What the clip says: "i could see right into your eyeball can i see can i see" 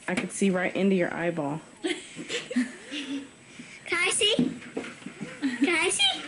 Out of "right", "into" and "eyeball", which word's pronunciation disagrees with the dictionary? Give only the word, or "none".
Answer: none